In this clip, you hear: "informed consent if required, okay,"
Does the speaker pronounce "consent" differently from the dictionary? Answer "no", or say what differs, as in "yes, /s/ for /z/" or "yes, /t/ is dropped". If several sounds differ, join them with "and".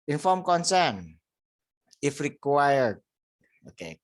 yes, /t/ is dropped